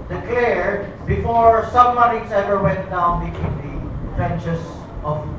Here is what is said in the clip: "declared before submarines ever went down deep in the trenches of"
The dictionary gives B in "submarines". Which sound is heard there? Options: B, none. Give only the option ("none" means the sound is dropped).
none